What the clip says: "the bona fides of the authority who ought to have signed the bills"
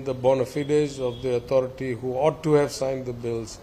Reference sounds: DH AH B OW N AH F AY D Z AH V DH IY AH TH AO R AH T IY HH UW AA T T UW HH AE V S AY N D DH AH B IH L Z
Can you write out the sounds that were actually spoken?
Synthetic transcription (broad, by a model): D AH B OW N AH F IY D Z AH V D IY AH T AO R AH T IY HH UW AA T T UW HH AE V S AY N D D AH B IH L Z